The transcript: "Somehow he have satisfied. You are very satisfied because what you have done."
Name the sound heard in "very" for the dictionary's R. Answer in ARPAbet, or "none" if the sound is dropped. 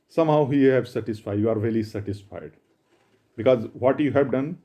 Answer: L